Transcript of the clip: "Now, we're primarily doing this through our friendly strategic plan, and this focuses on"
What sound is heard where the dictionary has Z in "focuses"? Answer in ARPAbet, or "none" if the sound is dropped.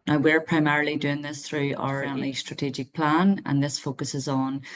Z